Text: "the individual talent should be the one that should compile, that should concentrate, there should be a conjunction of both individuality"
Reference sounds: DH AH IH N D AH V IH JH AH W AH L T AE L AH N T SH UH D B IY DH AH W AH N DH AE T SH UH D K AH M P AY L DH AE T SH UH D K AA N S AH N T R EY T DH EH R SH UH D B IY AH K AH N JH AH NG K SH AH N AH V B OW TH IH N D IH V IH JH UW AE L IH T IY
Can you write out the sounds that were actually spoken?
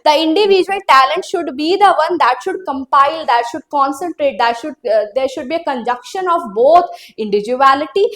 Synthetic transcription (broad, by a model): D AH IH N D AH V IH JH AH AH L T AE L AH N T SH UH D B IY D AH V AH N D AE T SH UH D K AH M P AY L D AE T SH UH D K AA N S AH N T R EY T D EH R SH UH D B IY AH K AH N JH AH K SH AH N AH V B OW T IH N D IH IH JH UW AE L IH T IY